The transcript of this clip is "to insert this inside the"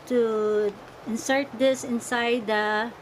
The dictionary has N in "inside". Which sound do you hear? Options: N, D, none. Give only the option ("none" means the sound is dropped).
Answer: N